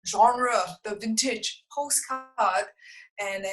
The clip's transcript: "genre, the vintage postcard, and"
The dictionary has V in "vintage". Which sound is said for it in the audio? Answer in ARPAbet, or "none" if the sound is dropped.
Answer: V